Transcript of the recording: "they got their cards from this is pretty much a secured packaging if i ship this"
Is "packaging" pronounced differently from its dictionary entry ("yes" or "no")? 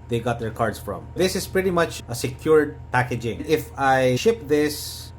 no